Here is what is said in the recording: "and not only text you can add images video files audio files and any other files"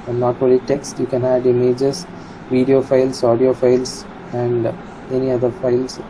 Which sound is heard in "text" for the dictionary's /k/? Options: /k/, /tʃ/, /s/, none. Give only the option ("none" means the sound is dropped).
/k/